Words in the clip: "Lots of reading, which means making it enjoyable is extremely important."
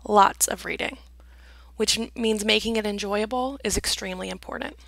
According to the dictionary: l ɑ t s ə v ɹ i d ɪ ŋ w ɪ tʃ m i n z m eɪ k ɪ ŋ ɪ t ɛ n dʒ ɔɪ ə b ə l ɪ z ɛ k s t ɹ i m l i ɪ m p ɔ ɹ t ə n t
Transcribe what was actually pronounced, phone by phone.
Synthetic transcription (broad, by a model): l ɑ t s ə v ɹ i d ɪ ŋ w ɪ tʃ m i n z m eɪ k ɪ ŋ ɪ t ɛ n dʒ ɔɪ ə b l ɪ z ɛ k s t ɹ i m l i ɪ m p ɔ ɹ t n t